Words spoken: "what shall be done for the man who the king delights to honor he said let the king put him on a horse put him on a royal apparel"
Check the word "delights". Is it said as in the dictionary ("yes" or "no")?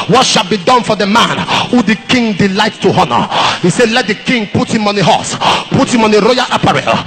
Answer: no